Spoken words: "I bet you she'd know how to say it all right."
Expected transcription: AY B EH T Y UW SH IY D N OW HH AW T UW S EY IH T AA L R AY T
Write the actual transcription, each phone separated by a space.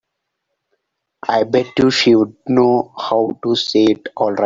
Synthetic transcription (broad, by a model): AY B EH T Y UW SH IY D N OW HH AW T UW S EY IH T AA L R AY